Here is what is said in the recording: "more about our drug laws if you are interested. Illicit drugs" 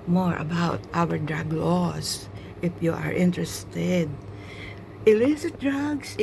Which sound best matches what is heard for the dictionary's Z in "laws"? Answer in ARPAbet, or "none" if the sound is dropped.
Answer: S